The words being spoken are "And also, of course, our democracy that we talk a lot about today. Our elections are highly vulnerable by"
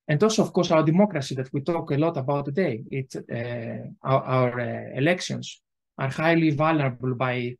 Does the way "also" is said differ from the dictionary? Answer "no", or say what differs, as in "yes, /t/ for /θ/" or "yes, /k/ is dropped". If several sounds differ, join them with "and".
no